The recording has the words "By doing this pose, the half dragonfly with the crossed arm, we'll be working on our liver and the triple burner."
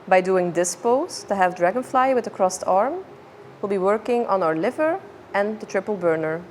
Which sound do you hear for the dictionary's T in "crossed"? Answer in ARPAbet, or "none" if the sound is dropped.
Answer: T